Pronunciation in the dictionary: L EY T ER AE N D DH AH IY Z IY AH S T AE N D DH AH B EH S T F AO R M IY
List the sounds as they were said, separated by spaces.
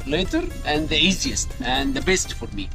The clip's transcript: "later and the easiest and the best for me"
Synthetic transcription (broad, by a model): L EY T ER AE N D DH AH IY Z IY AH S T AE N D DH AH B EH S T F AO R M IY